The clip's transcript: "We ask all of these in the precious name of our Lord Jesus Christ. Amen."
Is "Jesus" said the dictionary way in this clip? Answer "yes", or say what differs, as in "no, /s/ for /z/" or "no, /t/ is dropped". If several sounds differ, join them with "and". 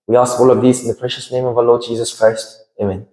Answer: yes